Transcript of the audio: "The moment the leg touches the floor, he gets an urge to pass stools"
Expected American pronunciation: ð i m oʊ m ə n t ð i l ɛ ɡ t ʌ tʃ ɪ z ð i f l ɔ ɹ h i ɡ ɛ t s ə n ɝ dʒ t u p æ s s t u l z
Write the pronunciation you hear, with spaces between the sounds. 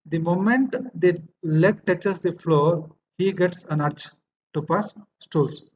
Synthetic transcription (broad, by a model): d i m oʊ m ə n t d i l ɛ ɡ t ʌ tʃ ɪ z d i f l ɔ ɹ h i ɡ ɛ t s ə n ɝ tʃ t u p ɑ s s t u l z